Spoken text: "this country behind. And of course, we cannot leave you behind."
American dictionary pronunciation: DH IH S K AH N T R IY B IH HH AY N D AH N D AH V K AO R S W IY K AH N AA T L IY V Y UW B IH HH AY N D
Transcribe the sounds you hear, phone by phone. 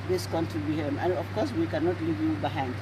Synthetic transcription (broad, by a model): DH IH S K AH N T IY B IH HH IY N AH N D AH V K AO R S W IY K AH N AA T L IY V Y UW B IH HH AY N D